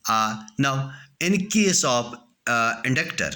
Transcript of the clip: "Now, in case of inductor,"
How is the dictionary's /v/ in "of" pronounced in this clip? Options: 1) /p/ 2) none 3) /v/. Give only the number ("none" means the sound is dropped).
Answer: 1